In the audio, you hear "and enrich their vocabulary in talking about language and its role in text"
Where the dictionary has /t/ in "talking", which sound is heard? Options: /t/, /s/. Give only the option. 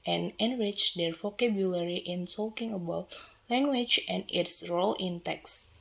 /s/